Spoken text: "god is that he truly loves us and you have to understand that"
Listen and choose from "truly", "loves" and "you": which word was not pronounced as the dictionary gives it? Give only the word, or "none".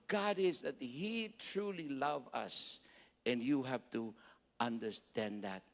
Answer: loves